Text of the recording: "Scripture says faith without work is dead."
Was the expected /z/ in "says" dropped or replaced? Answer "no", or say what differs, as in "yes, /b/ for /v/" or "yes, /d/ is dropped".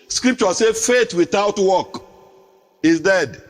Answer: yes, /z/ is dropped